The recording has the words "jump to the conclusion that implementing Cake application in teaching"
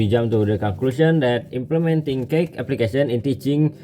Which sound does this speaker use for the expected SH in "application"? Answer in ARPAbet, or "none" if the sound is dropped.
S